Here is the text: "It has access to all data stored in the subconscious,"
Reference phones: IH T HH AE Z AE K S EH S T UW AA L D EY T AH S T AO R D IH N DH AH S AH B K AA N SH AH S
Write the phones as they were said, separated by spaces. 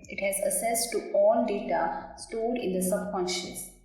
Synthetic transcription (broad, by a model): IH T HH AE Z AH S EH S T UW AA L D EY T AH S T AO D IH N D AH S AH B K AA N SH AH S